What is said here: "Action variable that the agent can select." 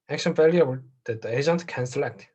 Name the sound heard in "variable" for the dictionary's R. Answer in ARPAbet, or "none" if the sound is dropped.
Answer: L